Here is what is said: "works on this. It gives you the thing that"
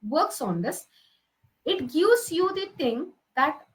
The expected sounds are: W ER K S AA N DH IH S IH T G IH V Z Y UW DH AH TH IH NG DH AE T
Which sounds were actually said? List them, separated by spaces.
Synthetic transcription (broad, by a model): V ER K S AA N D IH S IH T G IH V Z Y UW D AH T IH NG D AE T